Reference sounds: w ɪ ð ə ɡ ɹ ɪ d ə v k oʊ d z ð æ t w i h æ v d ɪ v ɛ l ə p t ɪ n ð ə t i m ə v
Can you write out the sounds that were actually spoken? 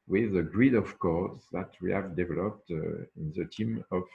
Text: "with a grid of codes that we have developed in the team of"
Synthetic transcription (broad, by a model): w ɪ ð ə ɡ ɹ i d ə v k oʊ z ð æ t w i h æ v d ɪ v ɛ l ə p t ɪ n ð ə t i m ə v